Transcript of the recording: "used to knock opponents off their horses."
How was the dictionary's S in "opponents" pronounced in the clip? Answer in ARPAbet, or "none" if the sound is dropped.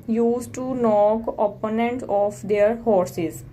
none